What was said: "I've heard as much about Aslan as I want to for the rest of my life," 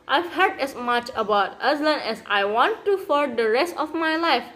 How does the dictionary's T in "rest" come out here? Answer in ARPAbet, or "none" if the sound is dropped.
T